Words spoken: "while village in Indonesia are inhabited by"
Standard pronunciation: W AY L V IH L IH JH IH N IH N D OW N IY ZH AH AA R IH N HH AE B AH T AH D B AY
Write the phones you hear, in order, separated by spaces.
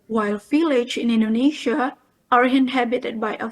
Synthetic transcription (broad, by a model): W AY L F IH L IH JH IH N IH N D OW N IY SH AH AA R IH N HH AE B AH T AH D B AY